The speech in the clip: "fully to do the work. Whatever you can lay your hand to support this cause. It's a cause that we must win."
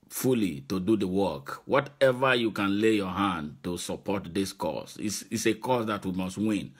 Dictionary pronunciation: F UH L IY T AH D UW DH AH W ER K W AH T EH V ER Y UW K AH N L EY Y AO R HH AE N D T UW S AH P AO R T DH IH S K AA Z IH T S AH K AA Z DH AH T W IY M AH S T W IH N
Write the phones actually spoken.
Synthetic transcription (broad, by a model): F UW L IY T AH D UW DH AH W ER K W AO T EH V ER Y UW K AH N L EY Y AO HH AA N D T UW S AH P AO T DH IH S K AA S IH S S AH K AA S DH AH T W IY M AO S T W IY N